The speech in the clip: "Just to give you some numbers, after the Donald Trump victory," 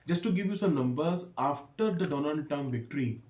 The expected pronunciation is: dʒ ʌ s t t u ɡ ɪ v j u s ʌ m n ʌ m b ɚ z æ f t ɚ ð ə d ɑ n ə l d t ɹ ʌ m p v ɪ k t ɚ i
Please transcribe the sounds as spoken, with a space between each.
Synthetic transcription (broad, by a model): dʒ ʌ s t t u ɡ ɪ v j u s ʌ m n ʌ m b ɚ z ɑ f t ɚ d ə d ɑ n ə l d t ʌ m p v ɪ k t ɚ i